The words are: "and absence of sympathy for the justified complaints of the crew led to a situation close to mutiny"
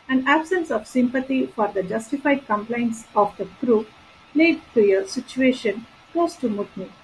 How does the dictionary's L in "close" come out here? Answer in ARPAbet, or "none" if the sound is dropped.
none